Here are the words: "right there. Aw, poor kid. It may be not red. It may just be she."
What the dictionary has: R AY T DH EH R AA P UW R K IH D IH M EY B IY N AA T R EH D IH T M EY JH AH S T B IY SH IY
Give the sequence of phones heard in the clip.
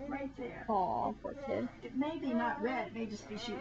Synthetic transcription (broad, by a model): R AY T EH AA F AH R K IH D IH M EY B IY N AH T R EH D IH T M EY JH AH S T B IY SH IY